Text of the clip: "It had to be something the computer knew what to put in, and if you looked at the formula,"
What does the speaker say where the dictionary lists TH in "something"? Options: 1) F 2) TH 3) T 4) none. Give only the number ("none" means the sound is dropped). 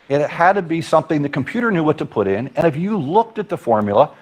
2